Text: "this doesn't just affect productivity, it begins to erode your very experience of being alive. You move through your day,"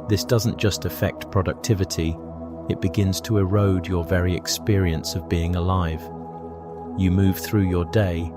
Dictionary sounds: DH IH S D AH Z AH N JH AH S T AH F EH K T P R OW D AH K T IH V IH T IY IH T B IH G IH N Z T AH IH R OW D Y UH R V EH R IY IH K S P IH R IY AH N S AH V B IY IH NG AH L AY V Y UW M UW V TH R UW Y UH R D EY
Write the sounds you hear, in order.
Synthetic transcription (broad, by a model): DH IH S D AH Z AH N JH AH S T AH F EH K T P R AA D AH K T IH V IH T IY IH T B IH G IH N Z T AH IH R OW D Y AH R V EH R IY IH K S P IH R IY AH N S AH V B IY IH NG AH L AY V Y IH M UW V TH R UW Y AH R D EY